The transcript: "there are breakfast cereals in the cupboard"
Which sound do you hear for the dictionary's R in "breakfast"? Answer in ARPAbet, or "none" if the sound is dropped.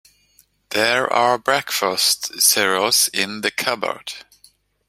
R